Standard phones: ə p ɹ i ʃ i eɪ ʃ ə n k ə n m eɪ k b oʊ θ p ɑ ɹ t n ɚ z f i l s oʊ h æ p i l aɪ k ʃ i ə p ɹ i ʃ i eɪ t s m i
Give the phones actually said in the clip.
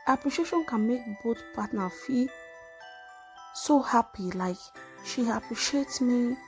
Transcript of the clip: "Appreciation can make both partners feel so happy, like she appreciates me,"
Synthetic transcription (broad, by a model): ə p ɹ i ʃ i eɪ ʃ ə n k ə n m eɪ k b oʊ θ p ɑ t n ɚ f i s oʊ h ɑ p i l aɪ k ʃ i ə p ɹ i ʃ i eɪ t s m i